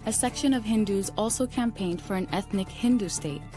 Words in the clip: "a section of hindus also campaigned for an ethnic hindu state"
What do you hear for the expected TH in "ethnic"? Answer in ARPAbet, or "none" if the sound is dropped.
TH